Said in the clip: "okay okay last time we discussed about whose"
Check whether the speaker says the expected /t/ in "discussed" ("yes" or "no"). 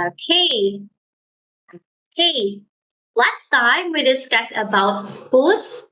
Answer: no